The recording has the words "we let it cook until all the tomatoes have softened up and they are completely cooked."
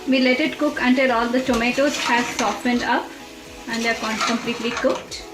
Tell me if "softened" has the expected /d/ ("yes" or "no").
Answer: yes